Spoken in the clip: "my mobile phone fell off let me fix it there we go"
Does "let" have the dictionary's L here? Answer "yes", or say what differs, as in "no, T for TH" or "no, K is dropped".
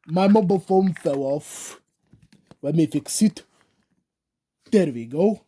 no, W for L